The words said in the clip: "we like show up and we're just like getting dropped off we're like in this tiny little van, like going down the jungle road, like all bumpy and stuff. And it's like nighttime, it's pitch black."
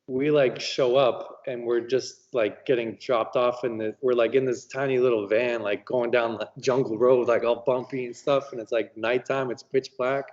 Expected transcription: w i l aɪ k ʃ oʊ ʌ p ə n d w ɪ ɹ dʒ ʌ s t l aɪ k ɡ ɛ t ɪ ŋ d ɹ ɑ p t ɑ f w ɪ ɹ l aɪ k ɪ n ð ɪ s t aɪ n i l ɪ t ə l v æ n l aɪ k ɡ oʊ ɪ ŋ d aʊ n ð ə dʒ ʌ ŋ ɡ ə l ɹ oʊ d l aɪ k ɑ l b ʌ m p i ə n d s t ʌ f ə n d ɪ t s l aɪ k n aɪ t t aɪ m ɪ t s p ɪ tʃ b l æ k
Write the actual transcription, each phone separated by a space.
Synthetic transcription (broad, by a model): w i l aɪ k ʃ oʊ ʌ p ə n w ɪ ɹ dʒ ʌ s t l aɪ k ɡ ɛ t ɪ ŋ d ɹ ɑ p t ɑ f w ɪ ɹ l aɪ k ɪ n ð ɪ s t aɪ n i l ɪ t l v æ n l aɪ k ɡ oʊ ɪ ŋ d aʊ n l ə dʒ ʌ ŋ ɡ l ɹ oʊ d l aɪ k ɑ l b ʌ m p i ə n s t ʌ f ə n ɪ t s l aɪ k n aɪ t t aɪ m ɪ t s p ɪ tʃ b l æ k